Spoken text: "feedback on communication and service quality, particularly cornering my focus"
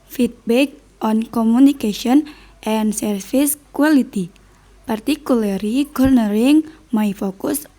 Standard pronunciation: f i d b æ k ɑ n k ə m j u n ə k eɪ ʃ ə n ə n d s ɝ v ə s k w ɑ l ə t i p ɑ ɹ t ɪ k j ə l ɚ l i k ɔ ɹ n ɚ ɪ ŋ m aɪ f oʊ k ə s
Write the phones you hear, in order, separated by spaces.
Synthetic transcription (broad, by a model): f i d b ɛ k ɑ n k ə m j u n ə k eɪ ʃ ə n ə n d s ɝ f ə s k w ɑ l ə t i p ɑ ɹ t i k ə l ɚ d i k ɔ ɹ n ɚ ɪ ŋ m aɪ f oʊ k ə s